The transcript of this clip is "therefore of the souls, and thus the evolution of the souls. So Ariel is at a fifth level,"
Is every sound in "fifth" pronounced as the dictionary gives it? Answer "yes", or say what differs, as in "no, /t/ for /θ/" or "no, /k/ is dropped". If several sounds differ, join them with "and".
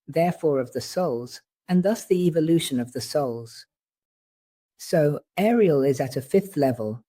yes